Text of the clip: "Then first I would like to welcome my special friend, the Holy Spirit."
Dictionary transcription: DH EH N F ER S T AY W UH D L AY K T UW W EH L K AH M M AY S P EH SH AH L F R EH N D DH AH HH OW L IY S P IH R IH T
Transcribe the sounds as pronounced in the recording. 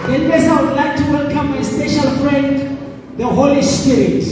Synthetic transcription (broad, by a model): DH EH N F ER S AY W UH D L AY K T UW W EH L K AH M M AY S P EH SH AH L F R EH N D DH AH HH OW L IY S P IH R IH T